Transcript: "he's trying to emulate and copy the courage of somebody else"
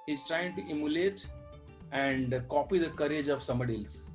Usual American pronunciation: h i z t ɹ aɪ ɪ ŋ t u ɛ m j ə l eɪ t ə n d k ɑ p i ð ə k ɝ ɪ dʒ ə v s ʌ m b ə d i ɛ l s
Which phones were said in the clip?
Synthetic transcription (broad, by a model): h i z t ɹ aɪ ɪ ŋ t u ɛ m j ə l eɪ t ə n d k ɑ p i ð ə k ɝ ɪ dʒ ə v s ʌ m ə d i l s